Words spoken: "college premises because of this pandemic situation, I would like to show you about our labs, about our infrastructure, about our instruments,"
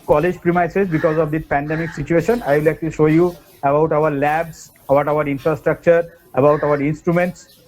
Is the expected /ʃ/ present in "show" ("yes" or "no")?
yes